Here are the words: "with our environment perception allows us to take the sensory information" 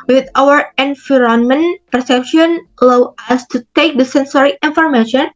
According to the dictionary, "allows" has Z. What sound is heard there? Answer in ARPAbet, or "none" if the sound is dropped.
none